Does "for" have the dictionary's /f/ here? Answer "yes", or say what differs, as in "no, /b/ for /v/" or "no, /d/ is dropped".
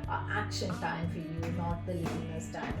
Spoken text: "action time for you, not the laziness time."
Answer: yes